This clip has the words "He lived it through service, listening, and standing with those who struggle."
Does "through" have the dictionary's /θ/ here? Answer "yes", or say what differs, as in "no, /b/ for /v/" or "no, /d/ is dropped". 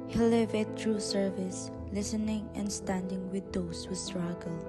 no, /t/ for /θ/